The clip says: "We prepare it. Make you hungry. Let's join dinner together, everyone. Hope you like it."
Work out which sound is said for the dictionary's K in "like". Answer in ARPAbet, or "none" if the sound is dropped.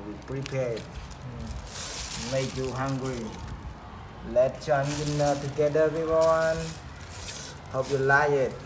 none